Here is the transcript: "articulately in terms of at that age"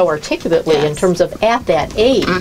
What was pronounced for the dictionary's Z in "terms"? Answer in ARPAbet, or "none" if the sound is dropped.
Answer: Z